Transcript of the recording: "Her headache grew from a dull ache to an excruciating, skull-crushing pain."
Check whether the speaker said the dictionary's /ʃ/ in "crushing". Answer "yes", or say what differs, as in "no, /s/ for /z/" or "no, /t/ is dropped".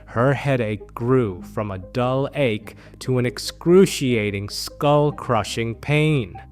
yes